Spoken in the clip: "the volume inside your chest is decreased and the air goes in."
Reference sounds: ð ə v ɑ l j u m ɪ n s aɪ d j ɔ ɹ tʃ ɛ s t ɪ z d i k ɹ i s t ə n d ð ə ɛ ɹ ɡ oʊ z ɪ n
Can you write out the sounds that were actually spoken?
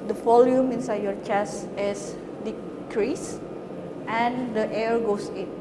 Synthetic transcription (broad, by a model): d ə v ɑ l j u m ɪ n s aɪ d j ɔ ɹ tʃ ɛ s ɪ s d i k ɹ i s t ə n d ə ɛ ɹ ɡ oʊ s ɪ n